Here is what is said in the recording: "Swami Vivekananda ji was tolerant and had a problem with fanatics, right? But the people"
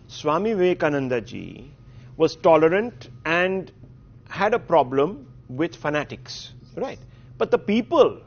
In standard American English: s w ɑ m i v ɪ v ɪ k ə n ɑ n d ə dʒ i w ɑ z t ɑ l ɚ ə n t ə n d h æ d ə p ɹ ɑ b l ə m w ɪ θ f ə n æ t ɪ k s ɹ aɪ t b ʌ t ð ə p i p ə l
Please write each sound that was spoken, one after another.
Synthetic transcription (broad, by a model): s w ɑ m i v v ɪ k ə n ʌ n d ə dʒ i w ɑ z t ɑ l ɚ ə n t ə n d h æ d ə p ɹ ɑ b l ə m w ɪ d f ə n æ t ɪ k s ɹ aɪ t b ʌ t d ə p i p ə l